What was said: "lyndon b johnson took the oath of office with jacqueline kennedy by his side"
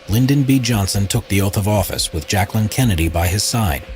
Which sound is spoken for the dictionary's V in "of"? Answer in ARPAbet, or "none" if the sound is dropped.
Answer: V